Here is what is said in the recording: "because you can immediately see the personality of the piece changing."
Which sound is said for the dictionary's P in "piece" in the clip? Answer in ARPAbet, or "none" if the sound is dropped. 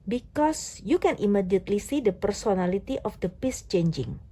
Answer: P